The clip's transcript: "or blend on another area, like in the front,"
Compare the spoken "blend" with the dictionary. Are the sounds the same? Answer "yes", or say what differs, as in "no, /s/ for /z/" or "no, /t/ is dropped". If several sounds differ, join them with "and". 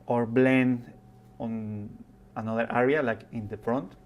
no, /d/ is dropped